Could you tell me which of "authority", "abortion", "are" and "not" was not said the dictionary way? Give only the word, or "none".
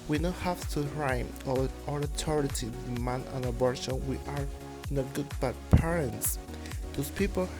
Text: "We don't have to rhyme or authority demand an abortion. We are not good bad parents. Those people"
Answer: authority